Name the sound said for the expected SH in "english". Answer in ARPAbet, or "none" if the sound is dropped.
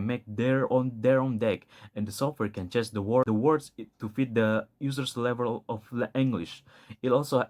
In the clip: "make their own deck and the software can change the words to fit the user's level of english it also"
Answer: SH